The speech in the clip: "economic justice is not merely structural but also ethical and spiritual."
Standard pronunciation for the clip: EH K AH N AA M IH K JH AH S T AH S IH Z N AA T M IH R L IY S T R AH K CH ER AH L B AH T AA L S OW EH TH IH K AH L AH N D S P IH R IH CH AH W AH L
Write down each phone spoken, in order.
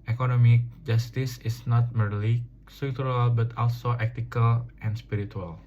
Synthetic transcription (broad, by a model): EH K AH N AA M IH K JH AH S T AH S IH S N AA T M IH R L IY S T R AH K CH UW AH L B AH T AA L S OW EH T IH K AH L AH N S P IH R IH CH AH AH L